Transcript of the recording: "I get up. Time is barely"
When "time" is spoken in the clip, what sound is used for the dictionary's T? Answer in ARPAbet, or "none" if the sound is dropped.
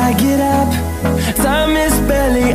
S